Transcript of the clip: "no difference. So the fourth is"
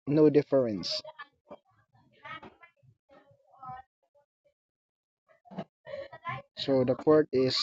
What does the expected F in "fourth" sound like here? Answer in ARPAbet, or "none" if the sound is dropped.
P